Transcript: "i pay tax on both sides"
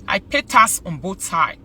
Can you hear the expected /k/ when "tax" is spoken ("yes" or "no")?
no